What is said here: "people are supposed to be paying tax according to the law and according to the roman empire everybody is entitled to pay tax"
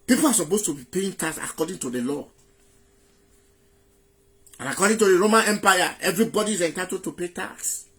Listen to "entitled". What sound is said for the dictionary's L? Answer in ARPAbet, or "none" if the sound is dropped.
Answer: none